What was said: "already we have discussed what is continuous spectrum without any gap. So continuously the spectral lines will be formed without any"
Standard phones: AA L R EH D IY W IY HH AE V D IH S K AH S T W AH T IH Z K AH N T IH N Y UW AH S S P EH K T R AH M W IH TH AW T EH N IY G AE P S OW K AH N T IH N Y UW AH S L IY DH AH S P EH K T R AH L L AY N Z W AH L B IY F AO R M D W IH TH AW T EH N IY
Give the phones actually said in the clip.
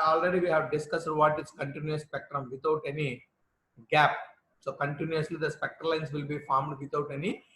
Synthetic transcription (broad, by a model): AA L R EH D IY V IY HH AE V D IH S K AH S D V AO T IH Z K AH N T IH N Y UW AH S S P EH K T R AH M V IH T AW T EH N IY G AE P S OW K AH N T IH N Y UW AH S L IY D AH S P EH K T AH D L AY N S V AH L B IY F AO R M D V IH T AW T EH N IY